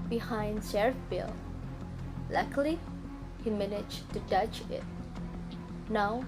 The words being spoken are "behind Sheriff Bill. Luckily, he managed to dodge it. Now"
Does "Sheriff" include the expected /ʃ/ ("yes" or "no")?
no